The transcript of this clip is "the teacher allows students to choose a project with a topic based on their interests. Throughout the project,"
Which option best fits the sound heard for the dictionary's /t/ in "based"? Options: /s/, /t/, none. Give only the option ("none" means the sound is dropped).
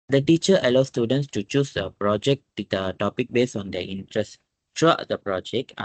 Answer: none